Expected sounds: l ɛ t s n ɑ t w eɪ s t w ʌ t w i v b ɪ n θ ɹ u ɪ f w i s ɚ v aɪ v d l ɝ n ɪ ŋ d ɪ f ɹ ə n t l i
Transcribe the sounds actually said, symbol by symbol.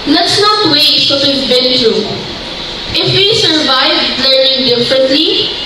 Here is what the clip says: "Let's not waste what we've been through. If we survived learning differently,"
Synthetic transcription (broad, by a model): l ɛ t s n ɑ t w eɪ t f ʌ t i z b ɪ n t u ɪ f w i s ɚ v aɪ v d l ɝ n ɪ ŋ d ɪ f ɹ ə n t l i